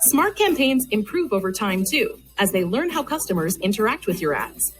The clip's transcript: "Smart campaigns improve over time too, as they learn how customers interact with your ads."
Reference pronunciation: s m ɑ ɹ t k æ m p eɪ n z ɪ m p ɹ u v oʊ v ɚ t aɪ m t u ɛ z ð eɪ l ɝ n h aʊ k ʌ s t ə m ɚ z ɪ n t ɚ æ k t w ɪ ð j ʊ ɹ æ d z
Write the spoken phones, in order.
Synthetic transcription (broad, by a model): s m ɑ ɹ t k æ m p eɪ n z ɪ m p ɹ u v oʊ v ɚ t aɪ m t u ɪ z ð eɪ l ɝ n h aʊ k ʌ s t ə m ɚ z ɪ n t ɚ æ k t w ɪ ð j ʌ ɹ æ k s